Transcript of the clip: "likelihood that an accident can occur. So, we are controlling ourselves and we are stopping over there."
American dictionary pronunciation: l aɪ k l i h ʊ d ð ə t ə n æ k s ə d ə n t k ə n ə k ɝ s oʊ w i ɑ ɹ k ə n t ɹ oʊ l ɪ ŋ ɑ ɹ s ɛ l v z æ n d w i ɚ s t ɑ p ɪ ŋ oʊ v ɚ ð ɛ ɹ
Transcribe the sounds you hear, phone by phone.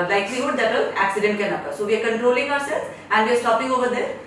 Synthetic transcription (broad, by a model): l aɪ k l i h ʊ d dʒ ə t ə l æ k s ə d ə n t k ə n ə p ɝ s oʊ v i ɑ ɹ k ə n t ɹ oʊ l ɪ ŋ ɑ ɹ s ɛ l z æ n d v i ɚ s t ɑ p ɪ ŋ oʊ v ɚ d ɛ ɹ